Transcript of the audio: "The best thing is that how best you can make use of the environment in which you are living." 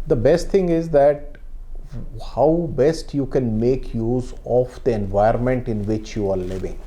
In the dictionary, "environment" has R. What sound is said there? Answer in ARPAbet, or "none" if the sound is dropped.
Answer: none